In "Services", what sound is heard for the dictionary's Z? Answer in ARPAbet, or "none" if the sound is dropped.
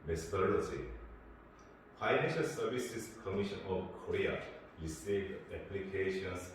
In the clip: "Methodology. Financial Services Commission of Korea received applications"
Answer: S